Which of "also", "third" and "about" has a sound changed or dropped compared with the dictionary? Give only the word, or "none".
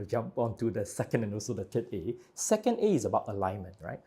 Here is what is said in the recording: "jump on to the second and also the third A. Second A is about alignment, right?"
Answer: third